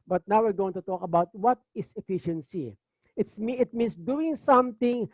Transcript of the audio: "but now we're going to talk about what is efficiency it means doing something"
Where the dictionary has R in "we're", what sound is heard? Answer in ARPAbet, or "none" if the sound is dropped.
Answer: R